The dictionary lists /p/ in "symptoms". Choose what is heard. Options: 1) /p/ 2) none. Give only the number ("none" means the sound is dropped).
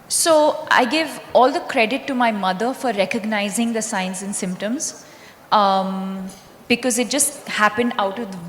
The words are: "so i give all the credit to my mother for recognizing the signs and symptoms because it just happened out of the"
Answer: 1